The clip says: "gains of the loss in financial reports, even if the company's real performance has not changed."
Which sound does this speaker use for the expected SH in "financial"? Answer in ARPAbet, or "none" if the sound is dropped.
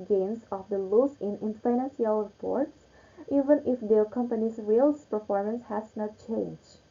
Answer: S